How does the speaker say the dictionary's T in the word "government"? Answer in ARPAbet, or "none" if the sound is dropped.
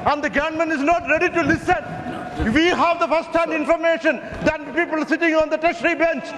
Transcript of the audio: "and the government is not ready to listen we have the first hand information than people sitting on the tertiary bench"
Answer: none